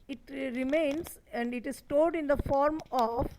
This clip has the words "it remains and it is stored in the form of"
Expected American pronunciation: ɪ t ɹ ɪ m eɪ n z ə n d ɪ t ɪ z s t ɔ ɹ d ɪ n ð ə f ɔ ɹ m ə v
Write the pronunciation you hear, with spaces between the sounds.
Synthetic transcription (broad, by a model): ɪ t ɹ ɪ m eɪ n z ə n d ɪ t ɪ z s t ɔ l d ɪ n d ə f ɔ ɹ m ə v